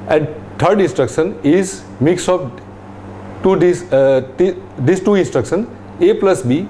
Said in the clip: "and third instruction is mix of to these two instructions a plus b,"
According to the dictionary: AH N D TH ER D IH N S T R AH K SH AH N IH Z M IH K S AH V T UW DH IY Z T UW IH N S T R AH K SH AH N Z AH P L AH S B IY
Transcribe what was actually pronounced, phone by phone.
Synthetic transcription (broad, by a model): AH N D T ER D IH N S T R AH K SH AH N IH Z M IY K S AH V T UW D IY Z T UW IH N S T R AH K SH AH N AH P L AH S B IY